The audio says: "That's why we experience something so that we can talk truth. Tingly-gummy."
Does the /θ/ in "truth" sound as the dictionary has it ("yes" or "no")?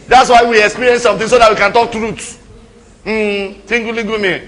no